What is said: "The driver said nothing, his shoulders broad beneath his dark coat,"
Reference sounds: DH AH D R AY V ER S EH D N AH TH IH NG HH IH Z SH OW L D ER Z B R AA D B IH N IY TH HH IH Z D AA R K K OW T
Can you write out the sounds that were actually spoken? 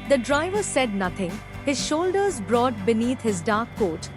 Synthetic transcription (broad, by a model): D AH D R AY V ER S EH D N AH T IH NG HH IH Z SH OW L D ER Z B R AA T B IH N IY T HH IH Z D AA R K K OW T